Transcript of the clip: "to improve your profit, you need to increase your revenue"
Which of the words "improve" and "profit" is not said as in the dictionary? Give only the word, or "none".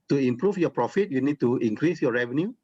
improve